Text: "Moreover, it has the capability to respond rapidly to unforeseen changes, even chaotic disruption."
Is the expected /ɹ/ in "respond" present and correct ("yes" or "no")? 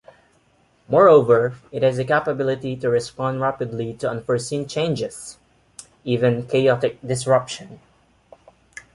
yes